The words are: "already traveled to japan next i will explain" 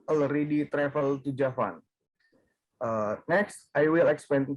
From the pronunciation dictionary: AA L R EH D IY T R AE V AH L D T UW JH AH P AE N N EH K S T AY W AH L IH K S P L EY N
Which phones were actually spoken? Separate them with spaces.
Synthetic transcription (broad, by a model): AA L R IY D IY T R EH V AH L T UW JH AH F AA N N EH K S T AY W AH L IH K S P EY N